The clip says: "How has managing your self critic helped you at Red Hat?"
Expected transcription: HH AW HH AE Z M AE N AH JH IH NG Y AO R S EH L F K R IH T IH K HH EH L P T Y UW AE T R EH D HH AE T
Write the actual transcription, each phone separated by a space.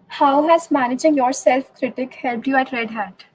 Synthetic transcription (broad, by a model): HH AW HH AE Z M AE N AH JH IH NG Y AO R S EH L F K R IH T IH K HH EH L P T Y UW AE T R EH D HH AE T